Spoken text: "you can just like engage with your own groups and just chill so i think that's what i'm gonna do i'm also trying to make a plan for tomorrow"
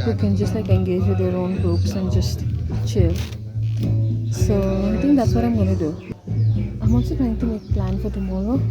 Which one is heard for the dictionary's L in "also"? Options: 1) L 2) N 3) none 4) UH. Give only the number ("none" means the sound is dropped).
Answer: 3